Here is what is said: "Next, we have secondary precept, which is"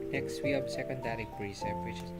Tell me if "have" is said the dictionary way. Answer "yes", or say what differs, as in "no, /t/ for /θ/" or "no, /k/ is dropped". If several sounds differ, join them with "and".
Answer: no, /b/ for /v/